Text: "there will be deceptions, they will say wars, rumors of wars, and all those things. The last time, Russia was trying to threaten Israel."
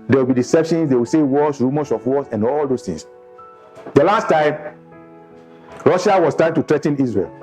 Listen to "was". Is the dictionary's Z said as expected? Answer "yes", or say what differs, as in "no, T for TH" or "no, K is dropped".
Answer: no, S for Z